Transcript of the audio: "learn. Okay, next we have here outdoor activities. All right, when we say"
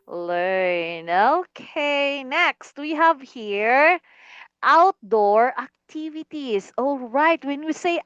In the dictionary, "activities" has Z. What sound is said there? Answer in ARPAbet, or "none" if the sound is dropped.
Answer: S